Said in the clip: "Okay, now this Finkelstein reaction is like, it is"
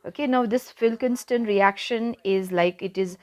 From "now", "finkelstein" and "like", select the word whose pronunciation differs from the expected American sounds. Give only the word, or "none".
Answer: finkelstein